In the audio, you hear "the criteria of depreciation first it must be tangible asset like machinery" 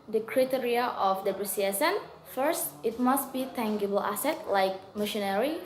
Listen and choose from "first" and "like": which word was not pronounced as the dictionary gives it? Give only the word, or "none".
none